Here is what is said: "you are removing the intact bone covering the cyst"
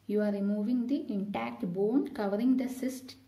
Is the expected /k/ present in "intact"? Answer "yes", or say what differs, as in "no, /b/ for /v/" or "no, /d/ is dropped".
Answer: yes